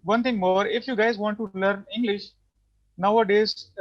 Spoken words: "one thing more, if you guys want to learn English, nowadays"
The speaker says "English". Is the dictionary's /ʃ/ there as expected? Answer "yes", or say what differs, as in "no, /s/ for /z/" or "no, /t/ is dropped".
yes